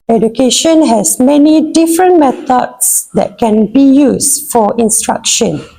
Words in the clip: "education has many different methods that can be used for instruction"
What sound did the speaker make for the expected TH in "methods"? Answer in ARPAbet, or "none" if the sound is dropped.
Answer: T